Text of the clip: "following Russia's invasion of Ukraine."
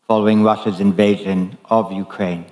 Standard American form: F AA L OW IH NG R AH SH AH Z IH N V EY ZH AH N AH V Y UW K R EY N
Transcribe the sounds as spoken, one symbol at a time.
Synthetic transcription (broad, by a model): F AA L OW IH NG R AH SH AH Z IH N V EY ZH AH N AH V Y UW K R EY N